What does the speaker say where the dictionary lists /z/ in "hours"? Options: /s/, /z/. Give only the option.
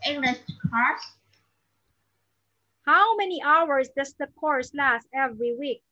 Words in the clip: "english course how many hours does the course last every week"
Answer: /s/